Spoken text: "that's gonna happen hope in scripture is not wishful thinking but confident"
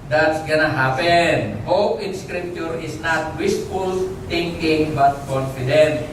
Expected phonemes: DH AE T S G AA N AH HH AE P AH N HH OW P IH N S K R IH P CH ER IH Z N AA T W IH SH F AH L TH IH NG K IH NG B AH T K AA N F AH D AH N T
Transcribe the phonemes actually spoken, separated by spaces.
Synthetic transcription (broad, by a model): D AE T S G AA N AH HH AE P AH N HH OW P IH N S K R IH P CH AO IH S N AA T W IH S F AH L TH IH NG K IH NG B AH T K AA N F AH D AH N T